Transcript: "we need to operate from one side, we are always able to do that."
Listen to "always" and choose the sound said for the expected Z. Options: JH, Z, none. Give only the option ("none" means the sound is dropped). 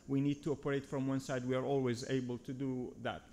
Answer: Z